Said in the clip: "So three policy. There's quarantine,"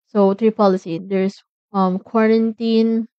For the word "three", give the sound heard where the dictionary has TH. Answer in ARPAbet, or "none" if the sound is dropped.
T